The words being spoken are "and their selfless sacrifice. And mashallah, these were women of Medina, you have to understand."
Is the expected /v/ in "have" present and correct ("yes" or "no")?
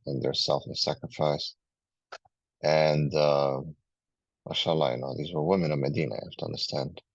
no